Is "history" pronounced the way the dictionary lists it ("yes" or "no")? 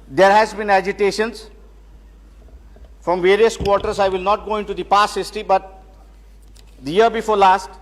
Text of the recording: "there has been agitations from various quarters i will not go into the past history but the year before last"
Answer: no